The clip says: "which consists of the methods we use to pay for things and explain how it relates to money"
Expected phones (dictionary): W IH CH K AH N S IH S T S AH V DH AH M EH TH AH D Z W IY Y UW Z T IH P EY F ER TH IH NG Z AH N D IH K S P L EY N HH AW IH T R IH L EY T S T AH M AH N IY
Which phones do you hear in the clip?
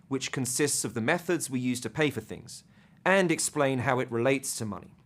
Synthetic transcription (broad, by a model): W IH CH K AH N S IH S T S AH V DH AH M EH TH AH D Z W IY Y UW Z T IH P EY F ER TH IH NG Z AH N IH K S P L EY N HH AW IH T R IH L EY T S T AH M AH N IY